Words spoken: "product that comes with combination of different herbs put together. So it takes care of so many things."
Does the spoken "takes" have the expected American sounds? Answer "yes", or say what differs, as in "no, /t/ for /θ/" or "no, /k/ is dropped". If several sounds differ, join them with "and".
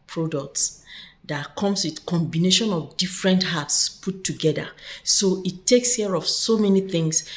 yes